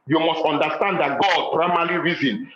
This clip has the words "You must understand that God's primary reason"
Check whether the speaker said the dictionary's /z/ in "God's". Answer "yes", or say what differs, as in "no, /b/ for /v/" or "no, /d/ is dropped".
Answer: no, /z/ is dropped